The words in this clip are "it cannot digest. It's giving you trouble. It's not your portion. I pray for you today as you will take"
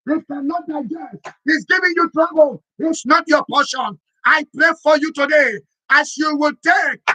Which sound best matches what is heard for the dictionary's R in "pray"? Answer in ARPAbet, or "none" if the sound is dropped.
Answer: R